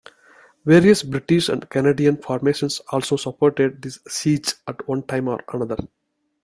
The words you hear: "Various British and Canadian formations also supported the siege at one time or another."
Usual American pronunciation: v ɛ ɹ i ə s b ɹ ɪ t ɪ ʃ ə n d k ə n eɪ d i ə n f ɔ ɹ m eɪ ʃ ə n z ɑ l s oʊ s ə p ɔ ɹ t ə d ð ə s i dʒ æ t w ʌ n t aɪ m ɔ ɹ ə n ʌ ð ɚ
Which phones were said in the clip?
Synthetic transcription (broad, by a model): v ɛ ɹ i ə s b ɹ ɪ t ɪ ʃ ə n d k ə n eɪ d i ə n f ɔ ɹ m eɪ ʃ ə n s ɑ l s oʊ s ə p ɔ ɹ t ə d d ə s i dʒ æ t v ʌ n t aɪ m ɔ ɹ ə n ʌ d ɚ